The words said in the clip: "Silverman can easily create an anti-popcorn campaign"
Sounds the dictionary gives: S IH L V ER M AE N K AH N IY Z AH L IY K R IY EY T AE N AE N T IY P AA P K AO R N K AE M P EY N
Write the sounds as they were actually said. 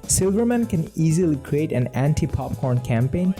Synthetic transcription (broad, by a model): S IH L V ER M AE N K AH N IY Z AH L IY K R IY EY T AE N AE N T IY P AA P K AO R N K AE M P EY N